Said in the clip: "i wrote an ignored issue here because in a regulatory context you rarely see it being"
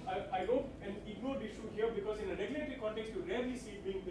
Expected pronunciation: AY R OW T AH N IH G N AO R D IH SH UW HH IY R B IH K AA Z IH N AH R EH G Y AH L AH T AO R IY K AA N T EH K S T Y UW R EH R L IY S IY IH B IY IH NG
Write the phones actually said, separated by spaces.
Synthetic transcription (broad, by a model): AY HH OW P AH N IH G N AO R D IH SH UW HH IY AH B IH K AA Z IH N AH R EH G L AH AH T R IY K AA N T EH K S T Y UW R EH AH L IY S IY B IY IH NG